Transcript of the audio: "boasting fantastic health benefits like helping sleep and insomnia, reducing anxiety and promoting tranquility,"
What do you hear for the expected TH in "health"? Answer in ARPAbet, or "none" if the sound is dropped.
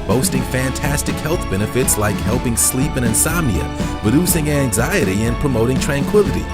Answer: TH